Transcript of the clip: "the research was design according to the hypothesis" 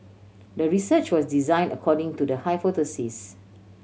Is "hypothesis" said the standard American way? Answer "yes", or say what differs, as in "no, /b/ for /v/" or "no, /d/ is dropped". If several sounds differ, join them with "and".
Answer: no, /f/ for /p/ and /t/ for /θ/